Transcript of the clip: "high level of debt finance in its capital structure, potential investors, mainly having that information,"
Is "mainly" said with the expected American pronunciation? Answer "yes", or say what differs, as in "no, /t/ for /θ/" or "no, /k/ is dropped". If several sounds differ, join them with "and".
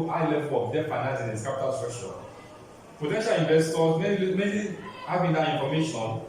no, /n/ is dropped